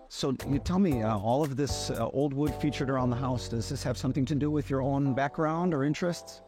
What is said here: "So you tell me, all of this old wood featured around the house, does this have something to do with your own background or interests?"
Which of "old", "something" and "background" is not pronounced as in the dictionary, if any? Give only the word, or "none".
none